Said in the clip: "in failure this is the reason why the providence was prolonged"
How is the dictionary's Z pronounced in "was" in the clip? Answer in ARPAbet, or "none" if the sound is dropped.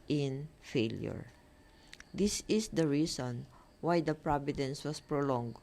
S